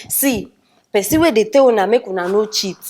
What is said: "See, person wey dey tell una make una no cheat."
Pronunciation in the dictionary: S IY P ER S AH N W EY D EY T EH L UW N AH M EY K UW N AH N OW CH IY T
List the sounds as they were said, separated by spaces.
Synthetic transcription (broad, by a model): S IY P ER S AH W EY D EY T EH W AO N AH M EY K UW N AH N OW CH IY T